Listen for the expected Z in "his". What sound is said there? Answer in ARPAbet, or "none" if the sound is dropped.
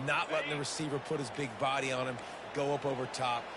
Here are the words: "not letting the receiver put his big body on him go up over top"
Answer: Z